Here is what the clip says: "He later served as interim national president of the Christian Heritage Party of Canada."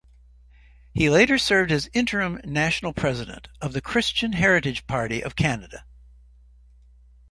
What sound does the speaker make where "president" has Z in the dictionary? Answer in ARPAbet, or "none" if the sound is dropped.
Z